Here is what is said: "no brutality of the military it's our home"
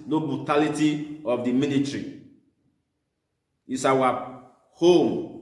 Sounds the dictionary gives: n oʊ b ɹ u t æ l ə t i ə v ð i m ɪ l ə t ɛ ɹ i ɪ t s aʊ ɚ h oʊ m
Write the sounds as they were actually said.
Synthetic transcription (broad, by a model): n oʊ b ɹ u t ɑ l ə t i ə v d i m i n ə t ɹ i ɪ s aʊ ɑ h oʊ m